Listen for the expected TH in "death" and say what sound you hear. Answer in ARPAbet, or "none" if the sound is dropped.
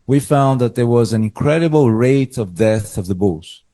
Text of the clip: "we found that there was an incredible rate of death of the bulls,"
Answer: TH